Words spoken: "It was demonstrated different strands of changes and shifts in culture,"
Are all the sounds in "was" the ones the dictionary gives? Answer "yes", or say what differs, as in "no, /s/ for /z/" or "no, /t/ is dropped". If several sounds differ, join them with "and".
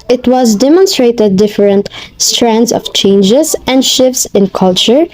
yes